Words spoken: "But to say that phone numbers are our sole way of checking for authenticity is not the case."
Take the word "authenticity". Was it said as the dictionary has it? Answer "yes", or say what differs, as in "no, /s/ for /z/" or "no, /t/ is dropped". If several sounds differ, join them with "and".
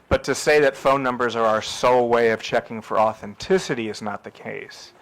yes